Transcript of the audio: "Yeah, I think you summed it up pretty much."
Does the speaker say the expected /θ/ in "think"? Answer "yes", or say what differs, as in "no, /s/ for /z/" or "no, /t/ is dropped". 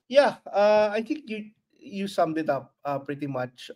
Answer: no, /t/ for /θ/